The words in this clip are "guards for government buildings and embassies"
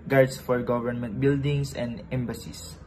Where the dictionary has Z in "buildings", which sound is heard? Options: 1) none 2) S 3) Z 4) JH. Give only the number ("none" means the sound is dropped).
2